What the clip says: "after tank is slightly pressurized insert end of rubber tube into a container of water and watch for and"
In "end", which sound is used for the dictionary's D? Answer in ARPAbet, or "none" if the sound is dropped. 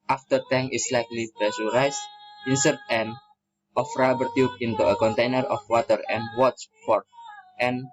none